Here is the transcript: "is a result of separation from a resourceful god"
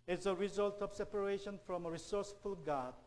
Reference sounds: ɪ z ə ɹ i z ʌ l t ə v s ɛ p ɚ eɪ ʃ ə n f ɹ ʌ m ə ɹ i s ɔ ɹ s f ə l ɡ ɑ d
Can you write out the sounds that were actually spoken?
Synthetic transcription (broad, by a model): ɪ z ə ɹ i z ʌ l t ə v s ɛ p ɚ eɪ ʃ ə n f ɹ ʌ m ə ɹ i s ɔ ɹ s f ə l ɡ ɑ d